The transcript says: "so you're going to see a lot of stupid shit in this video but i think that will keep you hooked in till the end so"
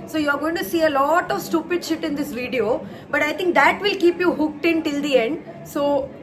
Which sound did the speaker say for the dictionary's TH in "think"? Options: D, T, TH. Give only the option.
T